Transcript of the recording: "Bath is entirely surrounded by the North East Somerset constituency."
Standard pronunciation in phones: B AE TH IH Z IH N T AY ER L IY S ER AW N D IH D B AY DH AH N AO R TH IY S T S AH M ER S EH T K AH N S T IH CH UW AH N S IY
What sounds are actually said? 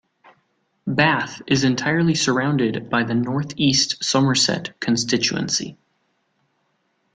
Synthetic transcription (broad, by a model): B AE TH IH Z IH N T AY ER L IY S ER AW N D IH D B AY DH AH N AO R TH IY S T S AH M ER S EH T K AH N S T IH CH UW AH N S IY